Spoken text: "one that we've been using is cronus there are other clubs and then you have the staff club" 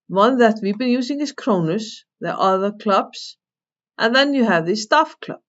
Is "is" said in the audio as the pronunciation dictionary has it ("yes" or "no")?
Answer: no